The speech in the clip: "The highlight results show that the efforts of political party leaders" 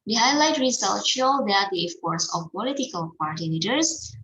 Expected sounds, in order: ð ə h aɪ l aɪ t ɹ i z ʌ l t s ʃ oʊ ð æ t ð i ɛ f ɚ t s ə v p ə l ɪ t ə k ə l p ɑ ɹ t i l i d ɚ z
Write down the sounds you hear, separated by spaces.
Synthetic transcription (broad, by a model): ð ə h aɪ l aɪ t ɹ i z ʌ l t ʃ oʊ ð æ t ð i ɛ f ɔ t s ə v p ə l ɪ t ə k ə l p ɑ ɹ t i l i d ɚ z